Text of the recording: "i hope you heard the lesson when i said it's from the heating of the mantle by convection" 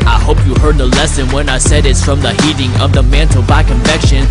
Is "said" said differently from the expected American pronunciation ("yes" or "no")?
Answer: no